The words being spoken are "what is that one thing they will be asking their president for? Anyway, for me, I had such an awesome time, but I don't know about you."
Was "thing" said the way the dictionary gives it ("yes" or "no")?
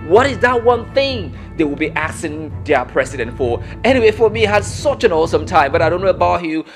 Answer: yes